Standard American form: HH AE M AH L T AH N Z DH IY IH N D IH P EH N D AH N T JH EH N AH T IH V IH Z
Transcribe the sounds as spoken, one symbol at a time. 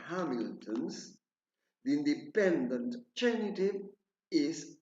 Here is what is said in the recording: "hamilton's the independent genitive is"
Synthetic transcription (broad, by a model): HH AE M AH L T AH N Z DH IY IH N D IH P EH N D AH N T CH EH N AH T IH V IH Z